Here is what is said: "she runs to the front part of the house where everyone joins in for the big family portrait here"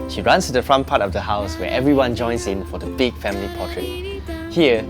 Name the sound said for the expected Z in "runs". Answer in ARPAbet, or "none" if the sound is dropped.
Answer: S